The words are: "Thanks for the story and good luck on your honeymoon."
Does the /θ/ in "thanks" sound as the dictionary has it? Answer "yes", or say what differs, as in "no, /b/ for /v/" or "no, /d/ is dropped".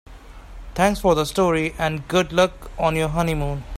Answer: no, /t/ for /θ/